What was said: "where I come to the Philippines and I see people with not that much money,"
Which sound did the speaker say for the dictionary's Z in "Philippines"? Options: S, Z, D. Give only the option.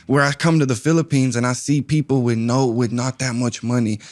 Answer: Z